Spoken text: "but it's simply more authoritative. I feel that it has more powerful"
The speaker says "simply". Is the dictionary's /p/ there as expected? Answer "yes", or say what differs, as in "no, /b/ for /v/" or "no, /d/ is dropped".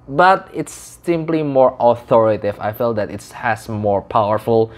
yes